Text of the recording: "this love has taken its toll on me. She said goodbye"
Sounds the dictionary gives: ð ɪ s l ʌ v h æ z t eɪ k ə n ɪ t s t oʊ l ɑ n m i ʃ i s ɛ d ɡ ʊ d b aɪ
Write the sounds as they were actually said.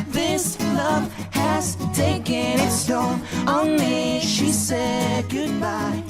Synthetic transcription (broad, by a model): ð ɪ s l ʌ v h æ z t eɪ k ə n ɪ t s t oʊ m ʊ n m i ʃ i s ɛ d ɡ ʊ d b aɪ